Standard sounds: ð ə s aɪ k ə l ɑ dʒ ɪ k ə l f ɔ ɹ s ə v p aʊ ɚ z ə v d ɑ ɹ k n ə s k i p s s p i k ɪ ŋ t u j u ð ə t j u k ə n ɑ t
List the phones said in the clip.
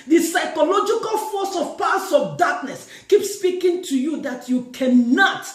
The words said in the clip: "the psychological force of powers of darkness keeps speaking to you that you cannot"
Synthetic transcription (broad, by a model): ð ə s aɪ k ə l ɑ dʒ ɪ k ə l f ɔ s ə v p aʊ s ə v d ɑ k n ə s k i p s s p i k ɪ ŋ t u j u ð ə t j u k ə n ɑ t